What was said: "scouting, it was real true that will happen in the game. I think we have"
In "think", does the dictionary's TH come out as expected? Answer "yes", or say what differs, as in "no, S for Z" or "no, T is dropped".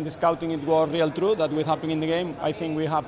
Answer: yes